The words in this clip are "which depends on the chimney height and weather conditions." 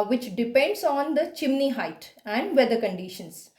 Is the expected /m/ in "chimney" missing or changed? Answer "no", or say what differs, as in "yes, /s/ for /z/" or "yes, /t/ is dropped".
no